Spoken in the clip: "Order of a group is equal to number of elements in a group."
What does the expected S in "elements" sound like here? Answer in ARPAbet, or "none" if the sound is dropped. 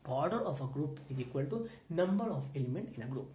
none